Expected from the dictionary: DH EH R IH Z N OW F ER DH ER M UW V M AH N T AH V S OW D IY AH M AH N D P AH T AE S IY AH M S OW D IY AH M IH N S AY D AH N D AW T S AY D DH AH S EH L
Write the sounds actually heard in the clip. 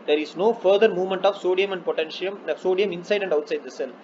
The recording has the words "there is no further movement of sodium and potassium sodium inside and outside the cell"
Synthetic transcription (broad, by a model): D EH R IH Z N OW F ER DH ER M UW V M AH N T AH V S OW D IY AH M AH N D P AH T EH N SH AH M S OW D IY AH M IH N S AY D AH N D AW T S AY D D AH S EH L